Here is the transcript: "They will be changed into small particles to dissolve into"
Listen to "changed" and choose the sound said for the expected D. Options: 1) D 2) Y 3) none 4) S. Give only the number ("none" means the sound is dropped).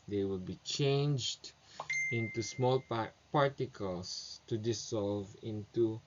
1